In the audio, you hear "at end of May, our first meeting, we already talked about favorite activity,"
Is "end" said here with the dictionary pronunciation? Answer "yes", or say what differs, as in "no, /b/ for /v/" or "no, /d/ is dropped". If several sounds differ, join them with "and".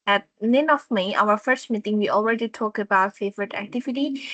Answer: no, /d/ is dropped